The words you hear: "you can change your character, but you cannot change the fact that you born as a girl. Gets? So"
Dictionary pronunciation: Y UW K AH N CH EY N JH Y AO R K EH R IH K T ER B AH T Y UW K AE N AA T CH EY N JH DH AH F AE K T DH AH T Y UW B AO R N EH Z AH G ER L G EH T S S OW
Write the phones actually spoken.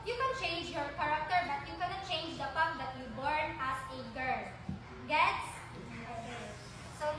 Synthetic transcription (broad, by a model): Y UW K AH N CH EY N JH Y AO R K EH R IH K T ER B AH T Y UW K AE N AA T CH EY N JH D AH P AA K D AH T Y UW B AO R N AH S AH G ER L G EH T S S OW